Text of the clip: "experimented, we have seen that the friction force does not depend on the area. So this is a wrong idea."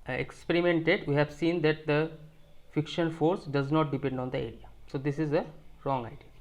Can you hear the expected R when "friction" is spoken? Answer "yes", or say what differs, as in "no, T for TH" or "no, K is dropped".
no, R is dropped